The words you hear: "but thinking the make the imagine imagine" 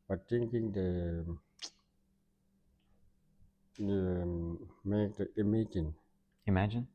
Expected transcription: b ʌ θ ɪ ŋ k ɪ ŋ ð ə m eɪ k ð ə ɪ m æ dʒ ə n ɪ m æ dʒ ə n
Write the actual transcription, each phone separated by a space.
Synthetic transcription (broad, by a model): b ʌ t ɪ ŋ k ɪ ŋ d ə m eɪ k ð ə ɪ m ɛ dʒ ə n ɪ m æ dʒ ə n